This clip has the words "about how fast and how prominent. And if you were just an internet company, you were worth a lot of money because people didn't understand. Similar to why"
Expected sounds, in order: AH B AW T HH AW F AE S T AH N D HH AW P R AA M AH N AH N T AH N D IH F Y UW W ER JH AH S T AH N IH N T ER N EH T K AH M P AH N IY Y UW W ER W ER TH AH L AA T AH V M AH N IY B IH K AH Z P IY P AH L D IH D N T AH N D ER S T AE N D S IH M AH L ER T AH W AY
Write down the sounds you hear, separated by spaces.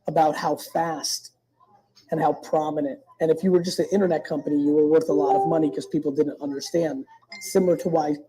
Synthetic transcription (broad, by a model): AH B AW T HH AW F AE S T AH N HH AW P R AA M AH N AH N T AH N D IH F Y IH W ER JH AH S T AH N IH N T ER N EH T K AH M P AH N IY Y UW W ER W ER TH AH L AA T AH V M AH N IY K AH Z P IY P L D IH D N T AH N D ER S T AE N D S IH M L ER T AH W AY